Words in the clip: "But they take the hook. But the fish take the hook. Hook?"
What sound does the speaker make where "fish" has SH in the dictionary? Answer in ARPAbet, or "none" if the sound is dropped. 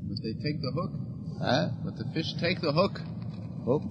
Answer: SH